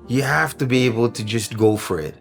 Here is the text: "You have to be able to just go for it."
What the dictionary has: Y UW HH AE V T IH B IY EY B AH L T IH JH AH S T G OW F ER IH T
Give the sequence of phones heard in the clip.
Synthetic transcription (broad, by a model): Y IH HH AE F T IH B IY EY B L T IH JH AH S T G OW F ER IH T